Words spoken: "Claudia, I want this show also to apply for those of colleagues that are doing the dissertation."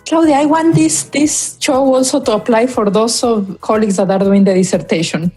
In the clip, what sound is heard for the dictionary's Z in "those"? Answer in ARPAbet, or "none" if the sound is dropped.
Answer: S